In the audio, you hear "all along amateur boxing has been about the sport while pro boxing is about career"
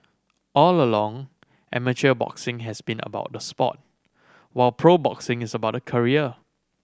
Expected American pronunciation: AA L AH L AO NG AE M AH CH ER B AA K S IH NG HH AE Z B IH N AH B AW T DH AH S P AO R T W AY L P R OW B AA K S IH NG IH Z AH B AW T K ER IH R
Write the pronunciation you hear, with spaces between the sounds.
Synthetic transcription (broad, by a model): AA L AH L AO NG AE M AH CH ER B AA K S IH NG HH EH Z B IH N AH B AW T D AH S P AO T W AY L P R OW B AA K S IH NG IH S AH B AW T K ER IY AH